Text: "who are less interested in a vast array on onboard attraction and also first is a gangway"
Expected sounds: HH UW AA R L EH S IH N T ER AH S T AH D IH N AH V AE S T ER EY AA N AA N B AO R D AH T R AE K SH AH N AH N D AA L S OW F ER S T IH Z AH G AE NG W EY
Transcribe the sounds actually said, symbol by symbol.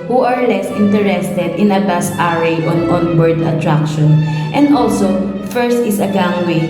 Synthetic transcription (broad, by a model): HH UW AA R L EH S IH N T ER AH S T AH D IH N AH B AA S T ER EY AA N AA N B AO R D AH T R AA K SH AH N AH N D AA L S OW F ER S T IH S AH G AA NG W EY